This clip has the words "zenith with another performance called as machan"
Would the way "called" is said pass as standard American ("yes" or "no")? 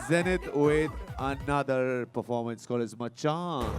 no